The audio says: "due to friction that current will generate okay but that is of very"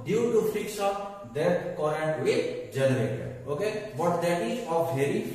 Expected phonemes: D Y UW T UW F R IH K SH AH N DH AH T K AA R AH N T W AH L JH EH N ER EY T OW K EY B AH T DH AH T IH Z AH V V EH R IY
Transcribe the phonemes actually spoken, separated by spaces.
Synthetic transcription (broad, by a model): D Y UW T UW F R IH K S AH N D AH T K AA R AH N T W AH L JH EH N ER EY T OW K EY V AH T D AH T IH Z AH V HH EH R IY